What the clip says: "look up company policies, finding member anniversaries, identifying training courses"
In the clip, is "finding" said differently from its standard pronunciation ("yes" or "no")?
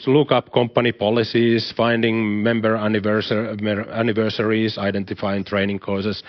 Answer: no